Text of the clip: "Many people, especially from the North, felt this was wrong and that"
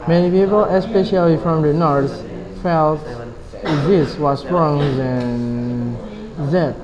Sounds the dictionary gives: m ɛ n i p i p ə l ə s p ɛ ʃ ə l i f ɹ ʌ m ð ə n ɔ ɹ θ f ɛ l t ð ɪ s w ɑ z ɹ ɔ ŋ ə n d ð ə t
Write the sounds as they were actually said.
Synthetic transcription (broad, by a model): m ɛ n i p i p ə l ə s p ɛ ʃ ə l i f ɹ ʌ m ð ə n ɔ ɹ s f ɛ l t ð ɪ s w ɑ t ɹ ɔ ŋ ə n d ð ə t